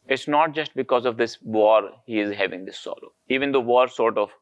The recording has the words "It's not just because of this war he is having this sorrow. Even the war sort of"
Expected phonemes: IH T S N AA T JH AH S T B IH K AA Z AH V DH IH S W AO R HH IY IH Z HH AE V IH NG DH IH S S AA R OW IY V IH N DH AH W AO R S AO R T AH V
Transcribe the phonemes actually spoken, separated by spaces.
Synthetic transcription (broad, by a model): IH T S N AA T JH AH S T B IH K AA Z AH V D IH S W AO R HH IY IH Z HH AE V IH NG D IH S S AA L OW IY V IH N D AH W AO R S AO R T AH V